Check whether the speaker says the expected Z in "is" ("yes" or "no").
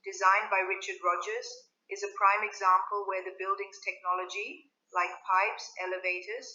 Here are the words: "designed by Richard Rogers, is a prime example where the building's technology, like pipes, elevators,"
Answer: yes